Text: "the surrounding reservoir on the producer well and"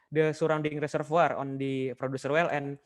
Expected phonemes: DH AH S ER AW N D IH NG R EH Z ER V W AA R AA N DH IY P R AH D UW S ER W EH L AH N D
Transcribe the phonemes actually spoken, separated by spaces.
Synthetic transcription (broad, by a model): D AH S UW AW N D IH NG R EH S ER F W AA R AA N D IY P R AH D UW S ER W EH L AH N